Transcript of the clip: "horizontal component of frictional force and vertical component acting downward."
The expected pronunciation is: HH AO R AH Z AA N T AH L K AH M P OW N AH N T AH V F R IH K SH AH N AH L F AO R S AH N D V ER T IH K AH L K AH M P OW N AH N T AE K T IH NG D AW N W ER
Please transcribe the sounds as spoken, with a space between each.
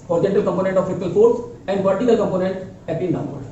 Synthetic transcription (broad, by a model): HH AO R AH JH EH N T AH L K AH M P OW N AH N T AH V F IH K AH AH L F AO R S AH N D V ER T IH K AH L K AH M P OW N AH N T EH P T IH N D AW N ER